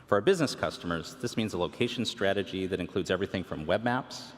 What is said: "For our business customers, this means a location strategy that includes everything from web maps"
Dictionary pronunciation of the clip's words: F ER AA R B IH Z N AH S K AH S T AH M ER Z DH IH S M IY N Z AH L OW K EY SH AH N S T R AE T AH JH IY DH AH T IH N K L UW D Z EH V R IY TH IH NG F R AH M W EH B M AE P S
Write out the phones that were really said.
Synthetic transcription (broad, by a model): F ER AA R B IH Z N AH S K AH S T AH M ER Z DH IH S M IY N Z AH L OW K EY SH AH N S T R AE T AH JH IY DH AH T IH N K L UW D Z EH V R IY TH IH NG F R AH M W EH B M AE P S